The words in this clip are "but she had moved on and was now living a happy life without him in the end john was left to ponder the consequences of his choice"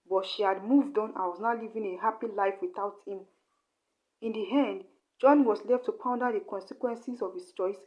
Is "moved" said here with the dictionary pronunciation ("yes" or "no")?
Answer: yes